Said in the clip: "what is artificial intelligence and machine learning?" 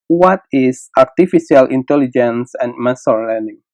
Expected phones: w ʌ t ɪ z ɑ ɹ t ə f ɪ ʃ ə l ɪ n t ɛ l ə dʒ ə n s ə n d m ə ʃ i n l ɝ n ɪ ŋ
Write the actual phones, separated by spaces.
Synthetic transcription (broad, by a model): w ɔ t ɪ s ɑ ɹ t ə f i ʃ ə l ɪ n t ɛ l ə dʒ ə n s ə n m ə s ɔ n l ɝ n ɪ ŋ